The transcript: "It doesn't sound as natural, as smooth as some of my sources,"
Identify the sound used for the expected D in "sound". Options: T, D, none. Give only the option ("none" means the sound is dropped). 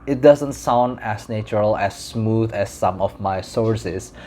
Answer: D